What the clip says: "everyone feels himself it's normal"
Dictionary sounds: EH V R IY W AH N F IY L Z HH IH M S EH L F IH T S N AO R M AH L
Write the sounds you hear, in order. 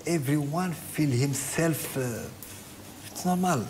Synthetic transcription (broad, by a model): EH V R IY W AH N F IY L HH IH M S EH L F IH T S N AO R M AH L